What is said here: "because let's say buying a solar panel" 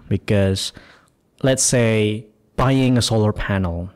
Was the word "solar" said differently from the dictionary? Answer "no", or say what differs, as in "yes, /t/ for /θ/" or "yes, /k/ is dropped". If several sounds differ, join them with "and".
no